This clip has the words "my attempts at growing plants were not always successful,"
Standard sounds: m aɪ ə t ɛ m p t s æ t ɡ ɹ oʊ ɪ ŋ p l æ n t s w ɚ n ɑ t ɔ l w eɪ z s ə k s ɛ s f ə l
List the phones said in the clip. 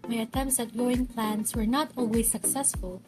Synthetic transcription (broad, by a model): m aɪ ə t ɛ m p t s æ t ɡ oʊ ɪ ŋ p l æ n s w ɚ n ɑ t ɔ l w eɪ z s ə k s ɛ s f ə l